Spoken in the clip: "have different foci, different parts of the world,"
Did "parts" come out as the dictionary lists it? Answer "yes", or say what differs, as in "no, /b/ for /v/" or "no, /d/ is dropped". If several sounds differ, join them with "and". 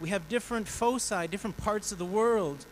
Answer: yes